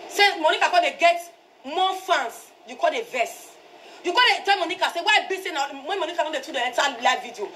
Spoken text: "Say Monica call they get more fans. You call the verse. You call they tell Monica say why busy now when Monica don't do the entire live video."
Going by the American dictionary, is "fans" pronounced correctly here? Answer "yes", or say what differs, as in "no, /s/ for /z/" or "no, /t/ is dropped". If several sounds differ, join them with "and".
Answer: no, /s/ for /z/